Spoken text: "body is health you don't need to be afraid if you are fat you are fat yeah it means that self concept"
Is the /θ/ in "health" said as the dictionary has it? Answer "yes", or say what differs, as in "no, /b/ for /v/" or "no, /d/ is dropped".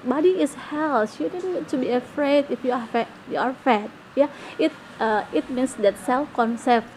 no, /s/ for /θ/